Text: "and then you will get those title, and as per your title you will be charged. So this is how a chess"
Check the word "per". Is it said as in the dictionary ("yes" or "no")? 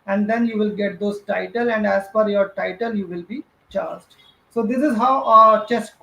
no